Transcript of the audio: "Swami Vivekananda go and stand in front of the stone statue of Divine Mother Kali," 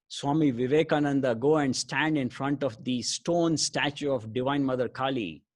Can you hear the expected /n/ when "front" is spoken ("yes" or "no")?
yes